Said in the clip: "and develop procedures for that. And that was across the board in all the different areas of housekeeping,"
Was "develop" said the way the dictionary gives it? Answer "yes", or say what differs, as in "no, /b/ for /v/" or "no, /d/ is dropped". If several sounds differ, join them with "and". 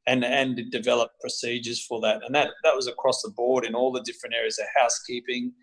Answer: yes